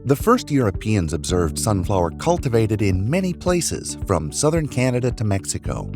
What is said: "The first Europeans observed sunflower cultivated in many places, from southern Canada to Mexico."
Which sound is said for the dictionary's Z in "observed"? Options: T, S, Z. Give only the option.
Z